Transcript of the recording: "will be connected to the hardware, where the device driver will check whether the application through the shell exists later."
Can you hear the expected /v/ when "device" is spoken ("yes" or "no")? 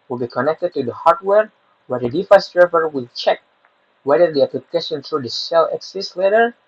no